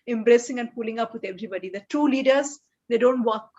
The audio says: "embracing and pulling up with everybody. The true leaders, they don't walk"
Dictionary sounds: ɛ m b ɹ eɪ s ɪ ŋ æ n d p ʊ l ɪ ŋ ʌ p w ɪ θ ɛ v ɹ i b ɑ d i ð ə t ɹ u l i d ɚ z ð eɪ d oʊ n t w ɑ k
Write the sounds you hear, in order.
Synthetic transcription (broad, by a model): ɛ m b ɹ eɪ s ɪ ŋ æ n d p ʊ l ɪ ŋ ʌ p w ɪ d ɛ v ɹ i b ɑ d i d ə t u l i d ɚ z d eɪ d oʊ n t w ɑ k